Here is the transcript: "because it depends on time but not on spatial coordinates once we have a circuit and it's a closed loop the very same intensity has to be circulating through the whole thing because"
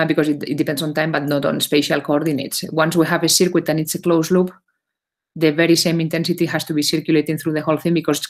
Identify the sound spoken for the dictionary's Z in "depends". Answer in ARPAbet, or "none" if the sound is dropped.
S